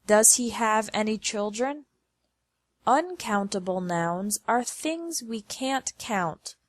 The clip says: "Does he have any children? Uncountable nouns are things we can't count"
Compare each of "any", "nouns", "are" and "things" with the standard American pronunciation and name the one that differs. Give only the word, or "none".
none